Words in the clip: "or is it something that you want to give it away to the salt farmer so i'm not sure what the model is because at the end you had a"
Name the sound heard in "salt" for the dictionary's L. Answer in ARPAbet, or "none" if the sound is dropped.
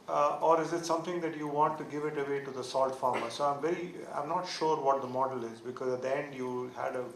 L